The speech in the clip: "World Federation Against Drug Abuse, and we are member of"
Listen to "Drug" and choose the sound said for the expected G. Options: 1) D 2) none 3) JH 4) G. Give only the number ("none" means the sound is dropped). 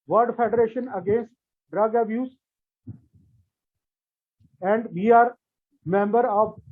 4